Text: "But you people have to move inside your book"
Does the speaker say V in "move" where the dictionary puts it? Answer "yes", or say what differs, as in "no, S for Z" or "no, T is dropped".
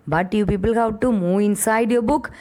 no, V is dropped